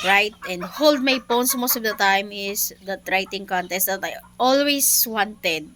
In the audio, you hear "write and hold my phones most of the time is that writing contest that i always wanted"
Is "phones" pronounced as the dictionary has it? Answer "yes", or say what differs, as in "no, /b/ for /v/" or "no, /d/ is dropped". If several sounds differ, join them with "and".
no, /p/ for /f/ and /s/ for /z/